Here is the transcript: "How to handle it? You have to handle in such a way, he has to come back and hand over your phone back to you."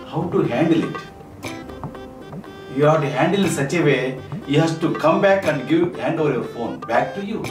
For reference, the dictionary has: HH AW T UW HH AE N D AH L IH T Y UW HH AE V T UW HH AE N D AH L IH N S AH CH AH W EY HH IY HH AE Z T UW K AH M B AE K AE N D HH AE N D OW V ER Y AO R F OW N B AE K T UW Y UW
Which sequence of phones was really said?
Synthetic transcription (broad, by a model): HH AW T UW HH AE N D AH L IH T Y UW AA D T UW HH AE N D AH L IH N S AH CH AH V EY HH IY HH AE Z T UW K AH M B AE K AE N D HH AE N D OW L Y AO R F OW N B AE K T UW Y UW